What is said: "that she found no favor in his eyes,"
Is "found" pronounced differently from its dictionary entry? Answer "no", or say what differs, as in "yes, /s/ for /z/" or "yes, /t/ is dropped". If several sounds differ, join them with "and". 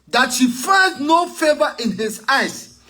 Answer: yes, /n/ is dropped